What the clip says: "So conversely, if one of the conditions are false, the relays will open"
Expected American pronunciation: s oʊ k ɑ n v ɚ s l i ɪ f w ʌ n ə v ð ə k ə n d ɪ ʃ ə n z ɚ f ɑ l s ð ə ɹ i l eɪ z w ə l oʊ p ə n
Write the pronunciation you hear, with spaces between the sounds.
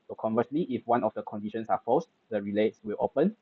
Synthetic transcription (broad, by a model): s oʊ k ɑ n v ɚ s l i ɪ f w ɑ n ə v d ə k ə n d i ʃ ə n s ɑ f ɑ s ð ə ɹ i l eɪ s w ə l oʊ p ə n